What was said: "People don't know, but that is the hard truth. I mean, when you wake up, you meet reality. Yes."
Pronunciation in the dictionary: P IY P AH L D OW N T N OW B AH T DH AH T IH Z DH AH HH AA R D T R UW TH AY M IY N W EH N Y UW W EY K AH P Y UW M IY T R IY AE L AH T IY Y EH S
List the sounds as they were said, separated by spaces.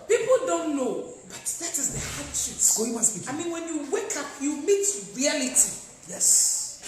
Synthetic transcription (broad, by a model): P IY P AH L D OW N T N OW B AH T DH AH T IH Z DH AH HH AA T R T W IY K AY M IY N W EH N Y UW W EY K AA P Y UW M IY T R IY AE L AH T IY Y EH S